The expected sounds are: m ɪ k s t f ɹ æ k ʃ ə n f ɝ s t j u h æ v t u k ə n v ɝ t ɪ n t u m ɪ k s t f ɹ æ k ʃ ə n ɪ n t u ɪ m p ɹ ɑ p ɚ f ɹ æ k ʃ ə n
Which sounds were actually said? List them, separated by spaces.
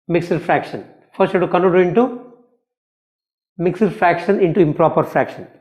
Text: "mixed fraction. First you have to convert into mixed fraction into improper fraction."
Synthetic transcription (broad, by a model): m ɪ k s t f ɹ æ k ʃ ə n f ɝ s t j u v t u k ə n ɝ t ɪ n t u m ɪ k s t f ɹ æ k ʃ ə n ɪ n t u ɪ m p ɹ ɑ p ɚ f ɹ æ k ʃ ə n